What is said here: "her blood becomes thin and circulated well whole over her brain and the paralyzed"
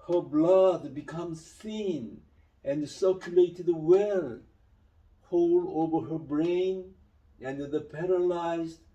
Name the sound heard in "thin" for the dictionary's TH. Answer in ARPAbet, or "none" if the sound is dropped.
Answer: S